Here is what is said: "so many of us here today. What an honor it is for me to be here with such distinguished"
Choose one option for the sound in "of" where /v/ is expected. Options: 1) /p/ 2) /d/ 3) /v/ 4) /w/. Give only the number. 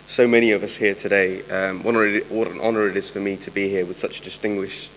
3